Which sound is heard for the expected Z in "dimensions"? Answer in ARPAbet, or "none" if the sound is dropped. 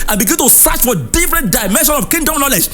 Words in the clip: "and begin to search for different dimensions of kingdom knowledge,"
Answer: none